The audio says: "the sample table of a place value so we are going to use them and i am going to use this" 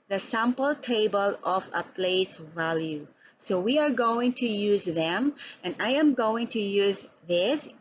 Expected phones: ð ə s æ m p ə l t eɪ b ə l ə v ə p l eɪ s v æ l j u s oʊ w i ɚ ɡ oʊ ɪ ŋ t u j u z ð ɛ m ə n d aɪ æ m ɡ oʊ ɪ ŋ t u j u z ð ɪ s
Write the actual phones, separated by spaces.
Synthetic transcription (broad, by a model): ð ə s æ m p ə l t eɪ b ə l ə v ə p l eɪ s v æ l j u s oʊ w i ɚ ɡ oʊ ɪ ŋ t u j u z ð ɛ m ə n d aɪ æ m ɡ oʊ ɪ ŋ t u j u z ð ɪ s